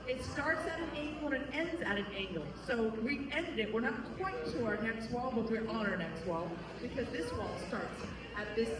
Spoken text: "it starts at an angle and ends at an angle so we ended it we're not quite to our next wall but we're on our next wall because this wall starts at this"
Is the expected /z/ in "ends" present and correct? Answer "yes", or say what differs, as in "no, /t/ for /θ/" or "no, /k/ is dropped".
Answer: yes